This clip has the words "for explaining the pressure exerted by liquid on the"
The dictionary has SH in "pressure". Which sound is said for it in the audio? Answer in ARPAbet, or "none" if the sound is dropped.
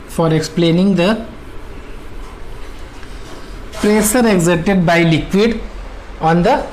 S